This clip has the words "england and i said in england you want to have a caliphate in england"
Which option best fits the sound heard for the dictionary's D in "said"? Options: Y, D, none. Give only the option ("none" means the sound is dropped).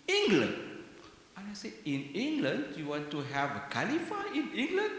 none